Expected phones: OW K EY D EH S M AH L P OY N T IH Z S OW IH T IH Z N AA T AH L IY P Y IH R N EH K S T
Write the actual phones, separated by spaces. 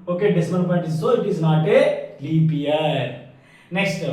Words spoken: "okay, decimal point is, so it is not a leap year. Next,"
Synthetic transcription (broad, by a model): OW K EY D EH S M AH N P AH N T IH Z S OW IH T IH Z N AA T AH L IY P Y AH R N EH K S T